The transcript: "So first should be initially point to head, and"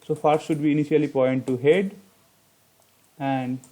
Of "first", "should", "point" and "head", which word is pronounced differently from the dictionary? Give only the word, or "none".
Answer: first